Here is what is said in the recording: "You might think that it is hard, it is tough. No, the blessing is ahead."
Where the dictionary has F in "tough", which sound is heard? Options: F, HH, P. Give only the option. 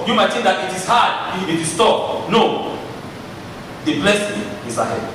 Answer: P